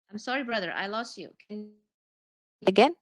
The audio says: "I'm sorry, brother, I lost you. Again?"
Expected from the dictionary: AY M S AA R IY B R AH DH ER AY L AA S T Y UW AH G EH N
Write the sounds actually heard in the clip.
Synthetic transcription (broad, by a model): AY M S AA R IY B R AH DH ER AY L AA S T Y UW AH G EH N